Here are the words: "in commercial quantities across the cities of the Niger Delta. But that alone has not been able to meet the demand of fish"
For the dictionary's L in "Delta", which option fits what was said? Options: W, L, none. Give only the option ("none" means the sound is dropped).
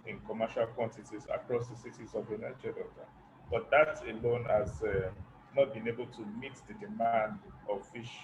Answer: none